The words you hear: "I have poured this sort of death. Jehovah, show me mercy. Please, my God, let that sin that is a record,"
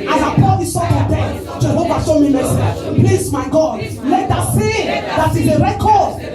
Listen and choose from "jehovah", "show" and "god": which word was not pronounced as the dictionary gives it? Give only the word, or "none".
show